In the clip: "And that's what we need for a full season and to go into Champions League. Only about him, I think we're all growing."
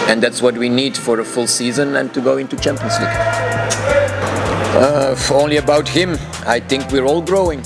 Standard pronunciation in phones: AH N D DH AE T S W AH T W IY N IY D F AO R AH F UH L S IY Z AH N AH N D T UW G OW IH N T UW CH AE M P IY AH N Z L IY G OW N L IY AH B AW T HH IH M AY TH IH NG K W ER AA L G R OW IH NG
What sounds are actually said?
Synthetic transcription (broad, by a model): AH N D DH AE T S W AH T W IY N IY D F AO R AH F UH L S IY Z AH N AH N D T UW G OW IH N T UW CH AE M P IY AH N S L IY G OW N L IY AH B AW T HH IH M AY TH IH NG K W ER AA L G R OW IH NG